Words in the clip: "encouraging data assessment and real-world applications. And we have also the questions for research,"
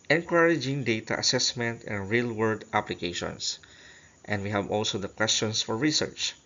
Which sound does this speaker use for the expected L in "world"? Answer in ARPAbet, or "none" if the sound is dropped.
none